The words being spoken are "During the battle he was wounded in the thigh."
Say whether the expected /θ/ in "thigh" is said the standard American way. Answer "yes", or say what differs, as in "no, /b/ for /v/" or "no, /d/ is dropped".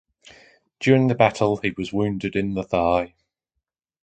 yes